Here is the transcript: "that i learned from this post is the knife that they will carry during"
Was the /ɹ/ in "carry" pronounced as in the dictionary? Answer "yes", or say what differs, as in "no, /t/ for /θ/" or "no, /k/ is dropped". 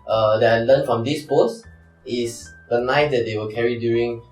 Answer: yes